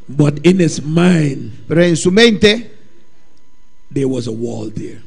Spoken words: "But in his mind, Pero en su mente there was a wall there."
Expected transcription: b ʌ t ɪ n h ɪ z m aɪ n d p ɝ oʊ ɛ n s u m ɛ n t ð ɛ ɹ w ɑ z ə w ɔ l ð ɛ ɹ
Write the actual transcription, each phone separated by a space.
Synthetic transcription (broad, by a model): b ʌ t ɪ n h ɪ s m aɪ n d p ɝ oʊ ɛ n s u m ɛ n t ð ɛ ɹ w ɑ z ə w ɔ l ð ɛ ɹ